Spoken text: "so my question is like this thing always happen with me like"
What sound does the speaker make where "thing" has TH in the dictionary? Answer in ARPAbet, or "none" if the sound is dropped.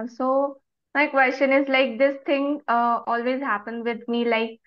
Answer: T